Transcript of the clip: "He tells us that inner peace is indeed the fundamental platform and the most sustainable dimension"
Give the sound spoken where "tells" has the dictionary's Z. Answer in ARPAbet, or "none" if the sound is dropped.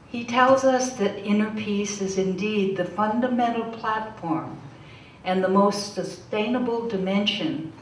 Z